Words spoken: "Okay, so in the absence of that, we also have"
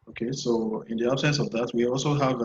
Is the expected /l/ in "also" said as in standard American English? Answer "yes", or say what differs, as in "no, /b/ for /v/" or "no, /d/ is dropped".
yes